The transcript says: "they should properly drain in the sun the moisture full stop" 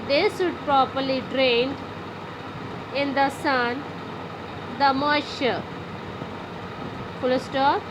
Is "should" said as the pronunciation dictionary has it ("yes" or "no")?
no